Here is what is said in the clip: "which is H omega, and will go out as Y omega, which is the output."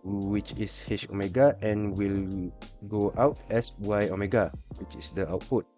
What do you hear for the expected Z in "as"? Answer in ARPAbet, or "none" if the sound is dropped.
S